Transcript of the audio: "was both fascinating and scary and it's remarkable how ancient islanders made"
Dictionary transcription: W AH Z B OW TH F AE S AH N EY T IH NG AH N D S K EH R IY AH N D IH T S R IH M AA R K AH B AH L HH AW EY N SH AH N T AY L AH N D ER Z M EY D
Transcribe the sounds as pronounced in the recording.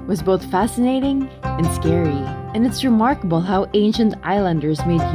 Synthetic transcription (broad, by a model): W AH Z B OW TH F AE S AH N EY T IH NG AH N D S K EH R IY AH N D IH T S R IH M AA R K AH B AH L HH AW EY N SH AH N T AY L AH N D ER Z M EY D